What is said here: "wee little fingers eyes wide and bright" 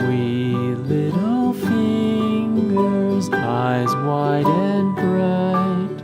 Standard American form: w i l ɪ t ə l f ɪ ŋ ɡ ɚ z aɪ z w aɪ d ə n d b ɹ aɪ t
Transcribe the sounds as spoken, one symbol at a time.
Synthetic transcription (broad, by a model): w i l ɪ t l l f ɪ ŋ ɡ ɚ z aɪ z w aɪ d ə n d b ɹ aɪ t